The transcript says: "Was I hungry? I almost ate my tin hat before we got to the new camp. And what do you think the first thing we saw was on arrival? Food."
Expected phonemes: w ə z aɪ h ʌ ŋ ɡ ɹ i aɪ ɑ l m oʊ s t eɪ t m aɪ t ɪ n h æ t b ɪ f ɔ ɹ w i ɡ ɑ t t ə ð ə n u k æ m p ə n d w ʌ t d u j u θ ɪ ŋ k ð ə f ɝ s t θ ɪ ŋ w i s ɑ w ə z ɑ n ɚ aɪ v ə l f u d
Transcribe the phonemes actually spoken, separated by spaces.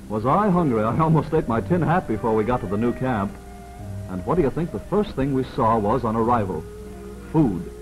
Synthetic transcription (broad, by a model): w ə z aɪ h ʌ ŋ ɡ ɹ i aɪ ɑ l m oʊ s t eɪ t m aɪ t ɪ n h æ t b ɪ f ɔ ɹ w i ɡ ɑ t t ə ð ə n u k æ m p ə n w ʌ t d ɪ j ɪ θ ɪ ŋ k ð ə f ɝ s t θ ɪ ŋ w i s ɑ w ə z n ɚ aɪ v ə l f u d